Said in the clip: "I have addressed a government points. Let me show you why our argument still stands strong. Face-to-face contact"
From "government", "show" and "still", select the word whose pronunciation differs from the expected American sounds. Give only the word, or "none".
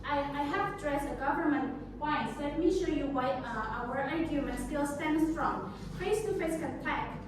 none